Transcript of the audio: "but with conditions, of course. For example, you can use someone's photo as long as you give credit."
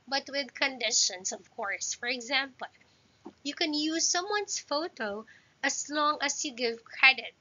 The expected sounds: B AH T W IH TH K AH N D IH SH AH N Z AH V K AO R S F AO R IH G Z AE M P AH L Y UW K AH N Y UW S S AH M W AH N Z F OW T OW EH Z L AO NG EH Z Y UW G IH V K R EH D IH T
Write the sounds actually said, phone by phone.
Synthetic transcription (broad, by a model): B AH T W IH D K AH N D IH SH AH N S AH V K AO R S F AO R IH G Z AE M P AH L Y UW K AH N Y UW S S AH M W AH N S F OW T OW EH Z L AO NG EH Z Y UW G IH V K R EH D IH T